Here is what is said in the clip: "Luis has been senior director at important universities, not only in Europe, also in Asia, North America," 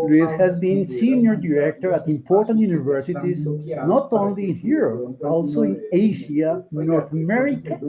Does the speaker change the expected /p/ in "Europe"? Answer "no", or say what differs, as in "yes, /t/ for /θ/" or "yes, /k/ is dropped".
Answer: yes, /p/ is dropped